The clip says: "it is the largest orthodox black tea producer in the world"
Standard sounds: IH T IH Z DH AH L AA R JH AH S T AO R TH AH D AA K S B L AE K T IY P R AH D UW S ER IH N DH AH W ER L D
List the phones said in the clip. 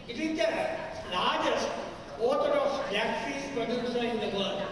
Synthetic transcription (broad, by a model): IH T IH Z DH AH L AA R JH AH S T AO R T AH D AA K S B AE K S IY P R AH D UW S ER IH N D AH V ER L D